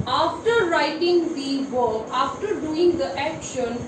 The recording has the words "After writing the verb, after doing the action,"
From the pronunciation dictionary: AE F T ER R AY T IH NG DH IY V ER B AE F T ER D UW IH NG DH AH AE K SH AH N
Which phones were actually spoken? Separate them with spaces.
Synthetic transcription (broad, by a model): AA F T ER R AY T IH NG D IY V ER AA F T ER D UW IH NG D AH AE K SH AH N